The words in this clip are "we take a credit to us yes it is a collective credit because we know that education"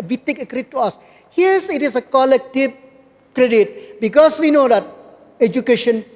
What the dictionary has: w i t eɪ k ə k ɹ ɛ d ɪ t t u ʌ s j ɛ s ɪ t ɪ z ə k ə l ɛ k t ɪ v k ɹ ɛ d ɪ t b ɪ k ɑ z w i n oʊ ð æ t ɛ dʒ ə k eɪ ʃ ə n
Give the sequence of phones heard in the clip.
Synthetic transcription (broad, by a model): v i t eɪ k ə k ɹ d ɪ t t u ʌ s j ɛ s ɪ t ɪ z ə k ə l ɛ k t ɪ p k ɹ ɛ d ɪ t b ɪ k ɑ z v i n oʊ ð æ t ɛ dʒ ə k eɪ ʃ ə n